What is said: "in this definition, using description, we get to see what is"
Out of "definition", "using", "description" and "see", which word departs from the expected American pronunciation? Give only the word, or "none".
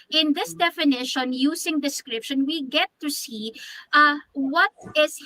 using